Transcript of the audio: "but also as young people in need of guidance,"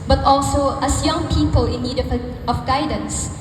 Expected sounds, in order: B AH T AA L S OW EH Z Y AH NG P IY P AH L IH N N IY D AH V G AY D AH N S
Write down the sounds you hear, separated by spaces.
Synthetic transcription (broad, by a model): B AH T AA L S OW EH S Y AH NG P IY P AH L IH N N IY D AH F G AY D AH N S